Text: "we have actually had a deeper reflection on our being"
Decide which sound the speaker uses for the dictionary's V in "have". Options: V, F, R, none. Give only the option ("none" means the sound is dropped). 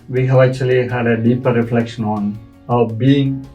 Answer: V